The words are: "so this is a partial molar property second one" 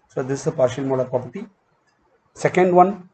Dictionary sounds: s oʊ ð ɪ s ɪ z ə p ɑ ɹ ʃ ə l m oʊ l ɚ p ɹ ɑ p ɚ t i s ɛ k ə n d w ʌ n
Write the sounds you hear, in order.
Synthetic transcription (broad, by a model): s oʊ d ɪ s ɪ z ə p ɑ ɹ ʃ ə l m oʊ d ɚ p ɹ ɑ p ɚ t i s ɛ k ə n d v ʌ n